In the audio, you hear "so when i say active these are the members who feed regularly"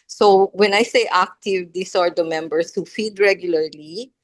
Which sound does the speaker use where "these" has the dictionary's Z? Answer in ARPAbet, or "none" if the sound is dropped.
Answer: S